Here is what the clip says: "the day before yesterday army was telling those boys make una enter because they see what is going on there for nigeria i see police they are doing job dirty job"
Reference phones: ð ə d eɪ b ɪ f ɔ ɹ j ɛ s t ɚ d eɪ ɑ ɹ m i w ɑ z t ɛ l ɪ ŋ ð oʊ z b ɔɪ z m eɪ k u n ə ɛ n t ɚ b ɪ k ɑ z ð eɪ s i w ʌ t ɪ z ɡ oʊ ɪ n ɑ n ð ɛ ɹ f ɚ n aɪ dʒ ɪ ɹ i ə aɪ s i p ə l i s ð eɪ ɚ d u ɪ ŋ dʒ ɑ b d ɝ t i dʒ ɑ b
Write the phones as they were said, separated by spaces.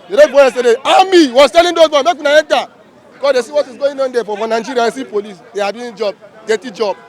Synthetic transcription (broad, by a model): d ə d eɪ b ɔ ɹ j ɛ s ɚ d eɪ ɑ m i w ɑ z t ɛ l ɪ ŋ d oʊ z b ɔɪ m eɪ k u n ə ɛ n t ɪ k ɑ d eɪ s i w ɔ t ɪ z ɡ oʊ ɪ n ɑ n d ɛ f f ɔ n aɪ dʒ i ɹ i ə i s i p ə l i s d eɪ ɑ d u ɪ dʒ ɑ b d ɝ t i dʒ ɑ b